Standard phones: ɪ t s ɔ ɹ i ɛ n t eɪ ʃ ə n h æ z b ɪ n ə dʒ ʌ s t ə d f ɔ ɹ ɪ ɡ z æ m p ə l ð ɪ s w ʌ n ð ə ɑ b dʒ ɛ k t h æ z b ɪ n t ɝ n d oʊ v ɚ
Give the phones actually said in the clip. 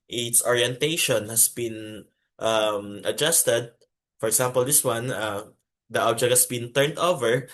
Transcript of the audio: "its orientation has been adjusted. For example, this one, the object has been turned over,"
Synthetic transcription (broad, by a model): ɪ t s ɔ ɹ i ɛ n t eɪ ʃ ə n h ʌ s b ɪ n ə dʒ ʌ s t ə d f ɔ ɹ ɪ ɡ s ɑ m p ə l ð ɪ s w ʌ n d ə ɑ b dʒ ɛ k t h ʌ s b ɪ n t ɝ n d oʊ v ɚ